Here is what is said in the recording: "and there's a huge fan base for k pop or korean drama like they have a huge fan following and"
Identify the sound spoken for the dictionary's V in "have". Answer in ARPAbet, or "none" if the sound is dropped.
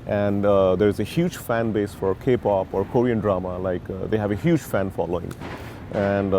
V